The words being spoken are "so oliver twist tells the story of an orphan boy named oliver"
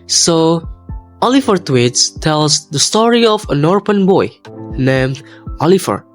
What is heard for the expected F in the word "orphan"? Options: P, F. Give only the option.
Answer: P